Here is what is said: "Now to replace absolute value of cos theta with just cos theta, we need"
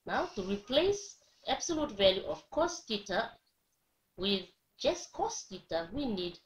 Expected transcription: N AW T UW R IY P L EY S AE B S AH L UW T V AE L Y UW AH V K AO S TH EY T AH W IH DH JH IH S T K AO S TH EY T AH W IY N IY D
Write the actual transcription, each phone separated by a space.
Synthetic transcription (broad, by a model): N AW T UW R IY P L EY S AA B S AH L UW T V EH L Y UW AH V K AO S T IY T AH W IH DH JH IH S K AO S T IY T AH W IY N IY D